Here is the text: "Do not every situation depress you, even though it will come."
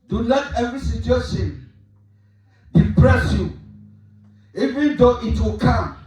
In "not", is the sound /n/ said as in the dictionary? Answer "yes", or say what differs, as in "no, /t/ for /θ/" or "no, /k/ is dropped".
no, /l/ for /n/